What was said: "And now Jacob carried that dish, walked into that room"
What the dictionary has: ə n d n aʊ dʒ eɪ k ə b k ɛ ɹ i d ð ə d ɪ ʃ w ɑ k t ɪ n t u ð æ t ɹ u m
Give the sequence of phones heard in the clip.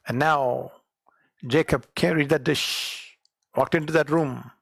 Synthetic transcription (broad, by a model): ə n n aʊ dʒ eɪ k ə b k ɛ ɹ i d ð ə d ɪ ʃ w ɑ k t ɪ n t u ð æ t ɹ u m